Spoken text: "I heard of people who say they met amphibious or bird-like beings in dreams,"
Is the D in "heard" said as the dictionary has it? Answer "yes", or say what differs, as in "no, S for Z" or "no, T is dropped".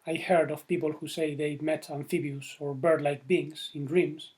yes